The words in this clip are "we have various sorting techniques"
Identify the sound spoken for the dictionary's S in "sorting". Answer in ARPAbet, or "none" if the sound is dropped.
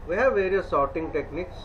S